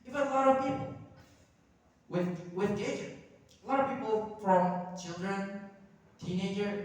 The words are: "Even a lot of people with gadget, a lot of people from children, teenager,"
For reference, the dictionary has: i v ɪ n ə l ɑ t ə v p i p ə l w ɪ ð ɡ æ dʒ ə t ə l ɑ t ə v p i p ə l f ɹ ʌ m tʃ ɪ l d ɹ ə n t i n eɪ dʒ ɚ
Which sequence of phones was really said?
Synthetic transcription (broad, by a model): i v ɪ ə l ɑ t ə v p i p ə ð w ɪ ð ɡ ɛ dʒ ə ə l ɑ t ə v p i p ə l f ɹ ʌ m tʃ ɪ l d ɹ ə n t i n eɪ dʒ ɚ